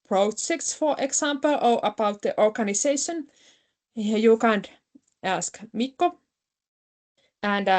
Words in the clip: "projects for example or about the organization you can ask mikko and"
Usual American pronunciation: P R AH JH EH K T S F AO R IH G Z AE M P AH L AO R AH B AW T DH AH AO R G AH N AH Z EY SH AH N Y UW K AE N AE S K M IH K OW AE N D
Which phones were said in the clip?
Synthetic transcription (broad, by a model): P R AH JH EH K T S F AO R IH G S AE M P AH L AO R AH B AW T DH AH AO R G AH N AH S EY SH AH N Y UW K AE N AE S K M IH K OW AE N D